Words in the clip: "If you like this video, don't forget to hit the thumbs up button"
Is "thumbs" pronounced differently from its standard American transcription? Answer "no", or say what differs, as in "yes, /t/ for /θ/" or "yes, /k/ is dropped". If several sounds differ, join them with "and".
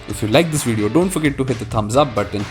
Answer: yes, /t/ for /θ/